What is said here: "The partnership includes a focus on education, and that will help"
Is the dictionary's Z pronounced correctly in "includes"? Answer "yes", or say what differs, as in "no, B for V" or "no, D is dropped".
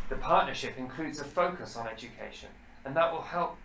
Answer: yes